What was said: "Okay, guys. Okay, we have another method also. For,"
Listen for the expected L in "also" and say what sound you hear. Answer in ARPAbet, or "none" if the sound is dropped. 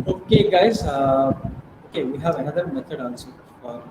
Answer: N